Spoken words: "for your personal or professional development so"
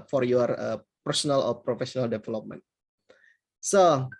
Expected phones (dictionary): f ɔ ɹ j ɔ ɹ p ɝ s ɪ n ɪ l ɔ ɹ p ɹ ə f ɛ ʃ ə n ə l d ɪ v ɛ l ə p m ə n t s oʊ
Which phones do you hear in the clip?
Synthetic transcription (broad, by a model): f ɔ ɹ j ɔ ɹ p ɝ s ɪ n ɪ l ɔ l p ɹ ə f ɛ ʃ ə n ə l d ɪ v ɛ l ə p m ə n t s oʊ